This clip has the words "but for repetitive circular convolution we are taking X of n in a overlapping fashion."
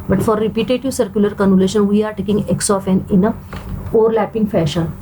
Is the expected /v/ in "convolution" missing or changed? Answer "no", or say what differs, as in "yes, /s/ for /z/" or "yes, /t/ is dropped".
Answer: yes, /v/ is dropped